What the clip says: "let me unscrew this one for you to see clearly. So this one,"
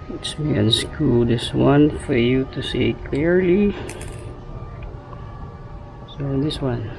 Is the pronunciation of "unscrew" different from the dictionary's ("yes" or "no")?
yes